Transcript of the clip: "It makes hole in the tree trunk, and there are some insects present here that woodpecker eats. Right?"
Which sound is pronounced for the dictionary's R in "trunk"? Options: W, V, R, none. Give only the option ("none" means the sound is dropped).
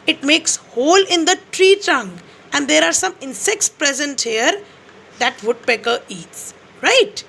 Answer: none